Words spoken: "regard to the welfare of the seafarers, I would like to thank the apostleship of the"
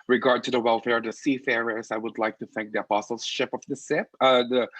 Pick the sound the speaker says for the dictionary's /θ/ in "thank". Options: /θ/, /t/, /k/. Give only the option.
/θ/